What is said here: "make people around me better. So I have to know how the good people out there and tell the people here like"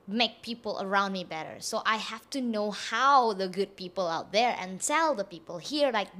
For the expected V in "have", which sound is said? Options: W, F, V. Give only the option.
F